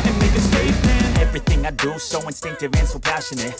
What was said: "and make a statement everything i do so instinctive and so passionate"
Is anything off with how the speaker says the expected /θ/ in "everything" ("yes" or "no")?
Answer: no